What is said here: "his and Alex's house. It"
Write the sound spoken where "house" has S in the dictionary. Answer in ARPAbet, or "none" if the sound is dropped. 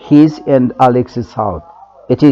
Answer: TH